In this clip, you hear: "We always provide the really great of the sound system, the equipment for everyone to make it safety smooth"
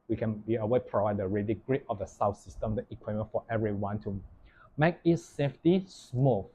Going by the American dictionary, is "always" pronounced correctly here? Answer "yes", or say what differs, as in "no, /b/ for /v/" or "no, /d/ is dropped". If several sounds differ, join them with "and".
no, /n/ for /l/ and /z/ is dropped